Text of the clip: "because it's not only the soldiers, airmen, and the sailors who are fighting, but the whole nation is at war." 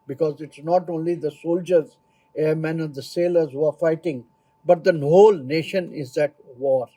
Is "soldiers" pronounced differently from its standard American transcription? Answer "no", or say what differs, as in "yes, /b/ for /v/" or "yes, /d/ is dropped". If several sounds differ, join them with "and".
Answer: no